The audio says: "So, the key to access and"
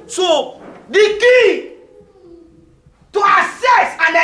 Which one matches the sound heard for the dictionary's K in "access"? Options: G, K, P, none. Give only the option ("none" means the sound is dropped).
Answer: none